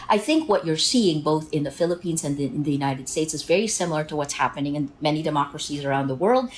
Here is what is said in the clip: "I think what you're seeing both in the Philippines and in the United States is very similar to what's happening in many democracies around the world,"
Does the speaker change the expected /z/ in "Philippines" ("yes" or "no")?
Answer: no